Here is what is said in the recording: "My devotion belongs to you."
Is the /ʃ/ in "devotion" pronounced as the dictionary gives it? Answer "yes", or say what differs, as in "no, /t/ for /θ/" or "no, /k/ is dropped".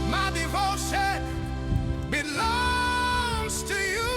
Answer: no, /s/ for /ʃ/